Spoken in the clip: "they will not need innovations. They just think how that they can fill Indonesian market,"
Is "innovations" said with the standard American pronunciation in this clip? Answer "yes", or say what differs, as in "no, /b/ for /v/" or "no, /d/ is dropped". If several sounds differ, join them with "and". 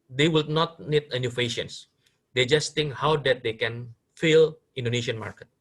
no, /f/ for /v/